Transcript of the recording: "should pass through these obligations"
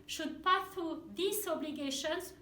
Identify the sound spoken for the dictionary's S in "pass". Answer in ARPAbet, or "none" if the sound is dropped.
none